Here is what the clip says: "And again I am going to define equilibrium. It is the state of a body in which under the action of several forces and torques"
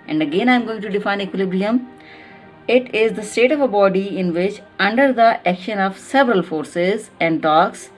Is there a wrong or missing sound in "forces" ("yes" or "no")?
no